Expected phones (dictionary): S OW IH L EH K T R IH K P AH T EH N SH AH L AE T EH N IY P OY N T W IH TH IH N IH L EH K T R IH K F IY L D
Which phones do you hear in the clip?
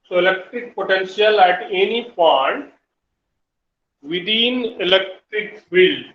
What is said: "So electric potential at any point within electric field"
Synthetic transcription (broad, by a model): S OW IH L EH K T R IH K P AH T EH N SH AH L AE T EH N IY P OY T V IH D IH N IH L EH K T R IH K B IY L